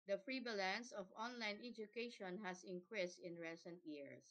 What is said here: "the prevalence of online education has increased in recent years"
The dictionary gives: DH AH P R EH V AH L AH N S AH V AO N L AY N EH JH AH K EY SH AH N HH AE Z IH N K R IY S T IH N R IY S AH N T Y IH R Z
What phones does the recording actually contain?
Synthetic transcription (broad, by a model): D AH F R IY B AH L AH N S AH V AO N L AY N EH JH AH K EY SH AH N HH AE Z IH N K R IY S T IH N R IY S AH N T Y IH R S